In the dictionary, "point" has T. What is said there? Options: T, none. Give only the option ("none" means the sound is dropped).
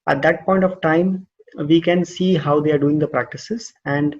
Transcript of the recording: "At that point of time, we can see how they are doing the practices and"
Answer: T